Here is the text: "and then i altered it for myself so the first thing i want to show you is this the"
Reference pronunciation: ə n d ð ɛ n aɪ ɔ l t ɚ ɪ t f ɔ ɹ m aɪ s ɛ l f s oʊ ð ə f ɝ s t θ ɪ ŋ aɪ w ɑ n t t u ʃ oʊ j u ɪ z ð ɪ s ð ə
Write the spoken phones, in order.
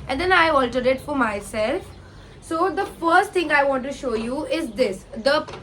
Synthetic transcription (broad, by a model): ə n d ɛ n aɪ ɔ l t ɚ ɪ t f ɔ ɹ m aɪ s ɛ l f s oʊ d ə f ɝ s t t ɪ ŋ aɪ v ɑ n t t u ʃ oʊ j u ɪ z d ɪ s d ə